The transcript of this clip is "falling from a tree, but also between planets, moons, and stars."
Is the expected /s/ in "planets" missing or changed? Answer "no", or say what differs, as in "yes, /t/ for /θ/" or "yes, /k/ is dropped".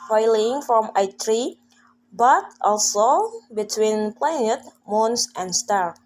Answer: yes, /s/ is dropped